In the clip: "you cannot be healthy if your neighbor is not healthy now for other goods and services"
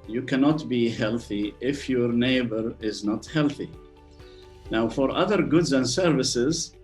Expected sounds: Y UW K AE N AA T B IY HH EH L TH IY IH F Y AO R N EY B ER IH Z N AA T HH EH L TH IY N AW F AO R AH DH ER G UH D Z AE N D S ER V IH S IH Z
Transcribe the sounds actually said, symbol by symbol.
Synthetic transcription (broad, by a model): Y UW K AE N AA T B IY HH EH L TH IY IH F Y AO R N EY B ER IH Z N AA T HH EH L TH IY N AW F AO R AH DH ER G UH D Z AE N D S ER V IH S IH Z